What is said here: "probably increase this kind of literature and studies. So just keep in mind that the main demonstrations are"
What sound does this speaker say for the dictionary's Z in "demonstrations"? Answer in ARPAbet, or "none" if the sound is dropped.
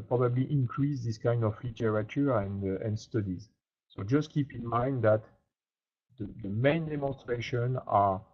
none